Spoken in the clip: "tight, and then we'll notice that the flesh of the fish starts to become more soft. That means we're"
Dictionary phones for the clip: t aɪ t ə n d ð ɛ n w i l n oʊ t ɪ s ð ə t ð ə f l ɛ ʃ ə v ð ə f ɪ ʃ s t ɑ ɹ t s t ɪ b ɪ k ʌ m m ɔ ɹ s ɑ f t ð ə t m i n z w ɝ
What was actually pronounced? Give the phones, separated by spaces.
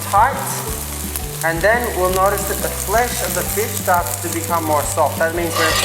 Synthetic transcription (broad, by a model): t aɪ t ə n ð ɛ n w i l n oʊ t ɪ s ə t ð ə f l ɛ ʃ ə v ð ə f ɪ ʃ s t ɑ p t t ɪ b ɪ k ʌ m m ɔ ɹ s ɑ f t ð ə t m i n z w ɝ